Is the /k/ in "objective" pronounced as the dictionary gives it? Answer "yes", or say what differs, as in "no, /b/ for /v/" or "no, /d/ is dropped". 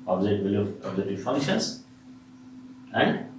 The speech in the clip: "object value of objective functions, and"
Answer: no, /k/ is dropped